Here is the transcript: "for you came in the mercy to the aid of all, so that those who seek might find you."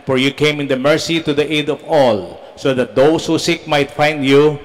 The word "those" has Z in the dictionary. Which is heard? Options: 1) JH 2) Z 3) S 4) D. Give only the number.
3